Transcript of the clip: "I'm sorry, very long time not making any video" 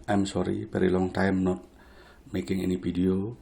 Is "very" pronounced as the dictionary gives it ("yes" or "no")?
no